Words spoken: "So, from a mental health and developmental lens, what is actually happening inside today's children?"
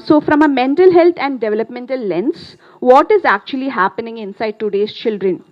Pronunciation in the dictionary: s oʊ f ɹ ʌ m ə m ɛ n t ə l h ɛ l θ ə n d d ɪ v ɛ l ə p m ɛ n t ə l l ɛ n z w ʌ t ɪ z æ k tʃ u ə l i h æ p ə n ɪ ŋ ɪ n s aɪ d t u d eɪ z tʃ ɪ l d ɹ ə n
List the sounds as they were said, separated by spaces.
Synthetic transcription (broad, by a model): s oʊ f ɹ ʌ m ə m ɛ n t ə l h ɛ l t ə n d d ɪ v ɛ l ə p m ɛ n t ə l l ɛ n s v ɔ t ɪ z æ k tʃ u ə l i h æ p ə n ɪ ŋ ɪ n s aɪ d t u d eɪ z tʃ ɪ l d ɹ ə n